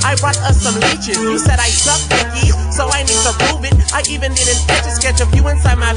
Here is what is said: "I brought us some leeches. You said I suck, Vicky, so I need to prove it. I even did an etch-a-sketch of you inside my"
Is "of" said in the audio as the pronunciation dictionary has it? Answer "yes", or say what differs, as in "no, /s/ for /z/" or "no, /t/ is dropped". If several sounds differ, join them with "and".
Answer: no, /f/ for /v/